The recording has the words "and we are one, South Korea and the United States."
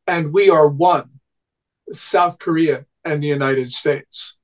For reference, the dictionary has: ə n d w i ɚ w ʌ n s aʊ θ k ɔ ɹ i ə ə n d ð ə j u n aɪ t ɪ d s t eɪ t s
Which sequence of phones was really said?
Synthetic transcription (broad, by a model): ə n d w i ɚ w ʌ n s aʊ θ k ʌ ɹ i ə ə n ð ə j u n aɪ t ɪ d s t eɪ t s